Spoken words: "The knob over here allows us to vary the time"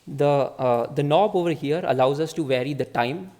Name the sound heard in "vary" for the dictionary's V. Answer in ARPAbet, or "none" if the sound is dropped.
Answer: V